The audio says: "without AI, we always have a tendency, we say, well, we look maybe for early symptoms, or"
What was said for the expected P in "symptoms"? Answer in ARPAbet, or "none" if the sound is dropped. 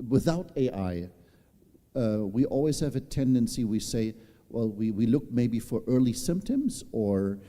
P